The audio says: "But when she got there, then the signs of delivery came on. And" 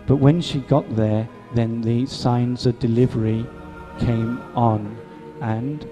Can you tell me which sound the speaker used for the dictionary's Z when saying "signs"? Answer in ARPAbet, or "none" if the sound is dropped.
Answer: Z